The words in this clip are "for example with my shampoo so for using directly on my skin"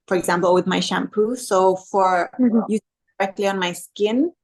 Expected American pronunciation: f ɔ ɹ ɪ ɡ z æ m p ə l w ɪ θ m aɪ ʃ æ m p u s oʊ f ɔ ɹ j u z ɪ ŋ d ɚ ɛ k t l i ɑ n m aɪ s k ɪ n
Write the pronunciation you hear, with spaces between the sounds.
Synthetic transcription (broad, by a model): f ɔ ɹ ɪ ɡ z æ m p ə l w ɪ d m aɪ ʃ æ m p u s oʊ f ɔ ɹ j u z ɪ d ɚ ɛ k t l i ɑ n m aɪ s k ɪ n